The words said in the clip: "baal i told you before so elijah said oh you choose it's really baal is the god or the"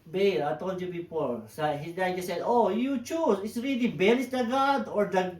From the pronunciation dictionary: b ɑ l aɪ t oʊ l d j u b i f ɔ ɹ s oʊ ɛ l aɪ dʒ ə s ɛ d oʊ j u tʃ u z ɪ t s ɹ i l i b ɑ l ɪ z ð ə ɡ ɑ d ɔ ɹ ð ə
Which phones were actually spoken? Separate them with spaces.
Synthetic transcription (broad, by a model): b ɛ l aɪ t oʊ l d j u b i p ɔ ɹ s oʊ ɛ n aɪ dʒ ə s ɛ d oʊ j u tʃ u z ɪ t s ɹ i l i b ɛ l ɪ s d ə ɡ ɑ d ɔ ɹ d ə